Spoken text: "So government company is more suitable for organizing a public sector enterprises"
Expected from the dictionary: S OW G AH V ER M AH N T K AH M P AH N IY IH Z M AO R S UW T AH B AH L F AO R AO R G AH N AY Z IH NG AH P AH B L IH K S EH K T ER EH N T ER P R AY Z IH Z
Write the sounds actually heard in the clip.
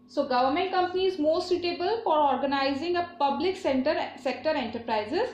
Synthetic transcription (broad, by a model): S OW G AH V ER M AH N T K AH M P AH N IY IH Z M AO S S UW T AH B AH L F AO R AO R G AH N AY Z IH NG AH P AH B L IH K S EH K T ER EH N T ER P R AY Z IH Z